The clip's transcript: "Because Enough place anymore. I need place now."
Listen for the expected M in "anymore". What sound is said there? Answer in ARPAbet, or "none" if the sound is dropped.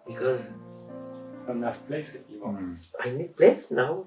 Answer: none